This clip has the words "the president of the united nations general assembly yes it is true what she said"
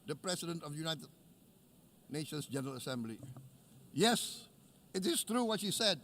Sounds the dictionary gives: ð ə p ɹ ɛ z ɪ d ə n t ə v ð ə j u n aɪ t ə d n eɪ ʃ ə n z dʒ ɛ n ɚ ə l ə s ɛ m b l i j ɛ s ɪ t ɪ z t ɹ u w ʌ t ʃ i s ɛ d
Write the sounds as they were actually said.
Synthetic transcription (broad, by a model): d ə p ɹ ɛ s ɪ d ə n t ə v j u n aɪ t ə d n eɪ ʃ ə n s dʒ ɛ n ɚ ə l ə s ɛ m b l i j ɛ s ɪ t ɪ s t ɹ u w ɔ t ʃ i s ɛ d